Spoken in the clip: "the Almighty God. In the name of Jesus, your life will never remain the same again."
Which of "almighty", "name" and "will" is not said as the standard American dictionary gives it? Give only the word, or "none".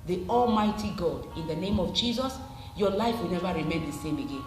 none